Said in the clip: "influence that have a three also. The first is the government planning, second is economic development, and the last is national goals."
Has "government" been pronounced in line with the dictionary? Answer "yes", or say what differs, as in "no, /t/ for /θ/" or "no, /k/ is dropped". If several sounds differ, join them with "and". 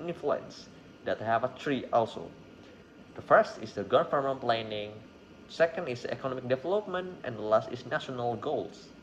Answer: no, /f/ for /v/